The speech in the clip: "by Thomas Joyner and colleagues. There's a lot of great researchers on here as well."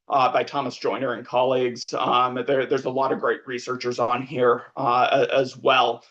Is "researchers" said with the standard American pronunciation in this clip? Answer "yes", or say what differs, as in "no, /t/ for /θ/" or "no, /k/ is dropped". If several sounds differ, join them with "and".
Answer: yes